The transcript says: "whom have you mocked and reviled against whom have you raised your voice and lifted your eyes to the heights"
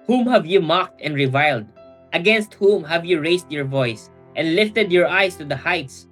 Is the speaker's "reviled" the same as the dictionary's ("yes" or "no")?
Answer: yes